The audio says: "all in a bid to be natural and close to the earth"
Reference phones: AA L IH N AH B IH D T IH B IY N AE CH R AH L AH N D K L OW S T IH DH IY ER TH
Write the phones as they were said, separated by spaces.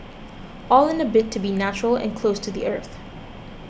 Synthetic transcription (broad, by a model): AA L IH N AH B IH T IH B IY N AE CH R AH L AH N K L OW S T IH DH IY ER TH